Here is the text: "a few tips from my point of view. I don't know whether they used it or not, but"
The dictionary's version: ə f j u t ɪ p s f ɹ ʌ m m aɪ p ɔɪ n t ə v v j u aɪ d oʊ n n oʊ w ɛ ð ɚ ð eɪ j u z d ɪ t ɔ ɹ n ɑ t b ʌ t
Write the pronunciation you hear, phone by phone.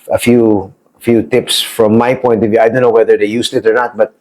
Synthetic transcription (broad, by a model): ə f j u t ɪ p s f ɹ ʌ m m aɪ p ɔɪ n t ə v v j u aɪ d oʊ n n oʊ w ɛ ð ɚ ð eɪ j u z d ɪ t ɔ ɹ n ɑ t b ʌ t